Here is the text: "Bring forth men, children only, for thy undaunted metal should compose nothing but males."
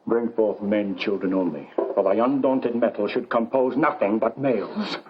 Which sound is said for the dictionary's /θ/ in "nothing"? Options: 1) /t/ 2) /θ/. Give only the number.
2